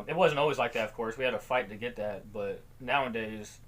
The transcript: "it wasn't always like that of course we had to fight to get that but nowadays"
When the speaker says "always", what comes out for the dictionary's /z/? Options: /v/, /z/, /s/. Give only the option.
/z/